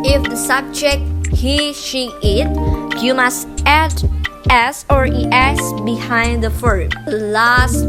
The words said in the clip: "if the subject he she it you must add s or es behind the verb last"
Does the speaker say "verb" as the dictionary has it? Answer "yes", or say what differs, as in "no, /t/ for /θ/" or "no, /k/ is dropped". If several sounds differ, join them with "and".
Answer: no, /f/ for /v/